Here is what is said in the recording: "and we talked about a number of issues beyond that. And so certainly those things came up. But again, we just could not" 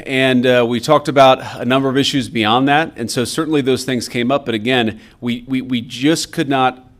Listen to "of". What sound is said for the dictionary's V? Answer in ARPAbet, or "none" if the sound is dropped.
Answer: V